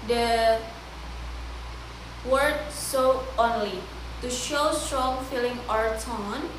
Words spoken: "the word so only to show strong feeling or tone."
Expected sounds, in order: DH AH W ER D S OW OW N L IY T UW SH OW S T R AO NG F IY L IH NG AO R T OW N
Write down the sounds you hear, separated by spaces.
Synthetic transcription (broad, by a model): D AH W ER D S OW OW N L IY T UW SH OW S T R AO NG F IY L IH NG AO R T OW N